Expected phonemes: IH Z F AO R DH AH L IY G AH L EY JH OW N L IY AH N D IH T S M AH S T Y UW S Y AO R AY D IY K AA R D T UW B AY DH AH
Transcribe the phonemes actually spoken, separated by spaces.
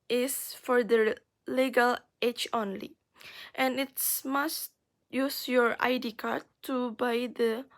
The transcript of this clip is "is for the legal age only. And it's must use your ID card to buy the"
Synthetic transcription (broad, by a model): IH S F AO R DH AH L IY G AH L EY CH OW N L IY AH N IH T S M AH S T Y UW S Y AO R AY D IY K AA R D T UW B AY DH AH